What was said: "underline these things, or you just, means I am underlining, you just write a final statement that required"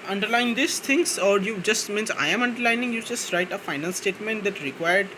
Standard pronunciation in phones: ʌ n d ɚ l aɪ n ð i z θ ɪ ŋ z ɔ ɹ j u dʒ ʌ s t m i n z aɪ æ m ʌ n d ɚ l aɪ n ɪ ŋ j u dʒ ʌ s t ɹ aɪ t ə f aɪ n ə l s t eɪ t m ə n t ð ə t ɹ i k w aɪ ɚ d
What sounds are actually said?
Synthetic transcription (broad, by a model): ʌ n d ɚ l aɪ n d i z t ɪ ŋ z ɔ ɹ j u dʒ ʌ s t m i n s aɪ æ m ʌ n d ɚ l aɪ n ɪ ŋ j u dʒ ʌ s t ɹ aɪ t ə f aɪ n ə n s t eɪ t m ə n t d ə t ɹ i k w aɪ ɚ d